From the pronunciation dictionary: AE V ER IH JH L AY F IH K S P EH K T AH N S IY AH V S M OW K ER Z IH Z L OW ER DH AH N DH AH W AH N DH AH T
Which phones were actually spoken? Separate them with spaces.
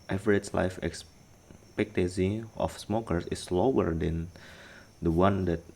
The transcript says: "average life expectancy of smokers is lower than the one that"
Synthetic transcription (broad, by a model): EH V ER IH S L AY F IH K S P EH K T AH S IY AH F S M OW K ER S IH S L OW ER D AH N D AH W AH N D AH T